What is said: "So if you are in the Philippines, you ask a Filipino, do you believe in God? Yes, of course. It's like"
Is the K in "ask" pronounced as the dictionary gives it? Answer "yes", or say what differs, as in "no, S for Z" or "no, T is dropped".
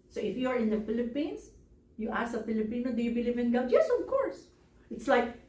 no, K is dropped